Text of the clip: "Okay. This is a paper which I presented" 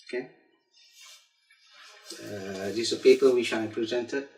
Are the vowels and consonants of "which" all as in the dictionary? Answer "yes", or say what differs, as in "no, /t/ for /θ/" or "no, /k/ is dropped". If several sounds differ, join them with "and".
no, /ʃ/ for /tʃ/